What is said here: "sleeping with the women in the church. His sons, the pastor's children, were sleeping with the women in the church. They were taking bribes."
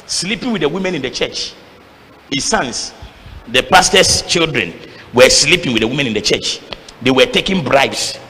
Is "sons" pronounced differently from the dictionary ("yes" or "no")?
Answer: yes